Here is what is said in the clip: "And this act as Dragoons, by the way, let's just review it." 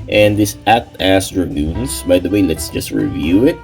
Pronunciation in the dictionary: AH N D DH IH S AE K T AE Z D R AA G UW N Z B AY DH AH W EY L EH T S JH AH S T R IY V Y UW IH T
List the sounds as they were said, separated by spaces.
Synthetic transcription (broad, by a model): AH N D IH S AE T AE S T R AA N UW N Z B AY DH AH W EY L EH T S JH AH S T R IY V Y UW IH T